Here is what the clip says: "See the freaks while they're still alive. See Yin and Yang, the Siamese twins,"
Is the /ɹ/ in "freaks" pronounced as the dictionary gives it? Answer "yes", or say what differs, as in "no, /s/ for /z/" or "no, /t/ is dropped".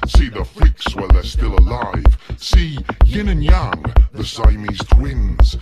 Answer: no, /l/ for /ɹ/